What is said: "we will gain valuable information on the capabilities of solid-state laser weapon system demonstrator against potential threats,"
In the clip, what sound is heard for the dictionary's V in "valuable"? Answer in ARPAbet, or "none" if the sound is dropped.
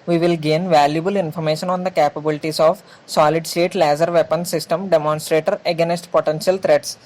V